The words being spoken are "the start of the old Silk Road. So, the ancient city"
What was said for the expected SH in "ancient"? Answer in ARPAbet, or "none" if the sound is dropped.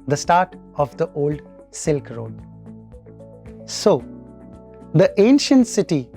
SH